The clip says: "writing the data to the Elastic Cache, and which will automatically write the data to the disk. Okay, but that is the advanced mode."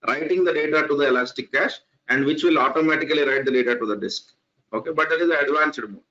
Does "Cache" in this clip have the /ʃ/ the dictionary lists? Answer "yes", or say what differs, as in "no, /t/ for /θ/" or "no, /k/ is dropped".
yes